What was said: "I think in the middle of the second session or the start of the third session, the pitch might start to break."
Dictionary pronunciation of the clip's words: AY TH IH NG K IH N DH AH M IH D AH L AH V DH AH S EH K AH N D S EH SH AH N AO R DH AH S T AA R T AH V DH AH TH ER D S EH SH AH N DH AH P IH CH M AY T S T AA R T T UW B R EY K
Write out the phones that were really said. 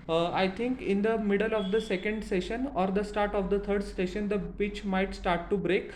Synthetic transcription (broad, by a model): AY T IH NG K IH N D AH M IH D AH L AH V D AH S EH K AH N D S EH SH AH N AO R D AH S T AA R T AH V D AH T ER D S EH SH AH N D AH B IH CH M AY T S T AA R T T UW B R EY K